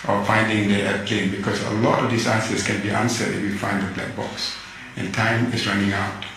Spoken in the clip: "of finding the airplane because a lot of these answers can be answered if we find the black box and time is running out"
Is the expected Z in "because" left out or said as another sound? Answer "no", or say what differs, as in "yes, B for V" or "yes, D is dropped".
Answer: yes, S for Z